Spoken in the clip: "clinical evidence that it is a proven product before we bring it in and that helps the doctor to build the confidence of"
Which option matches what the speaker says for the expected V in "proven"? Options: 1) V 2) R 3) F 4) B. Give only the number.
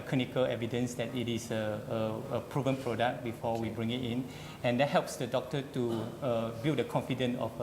1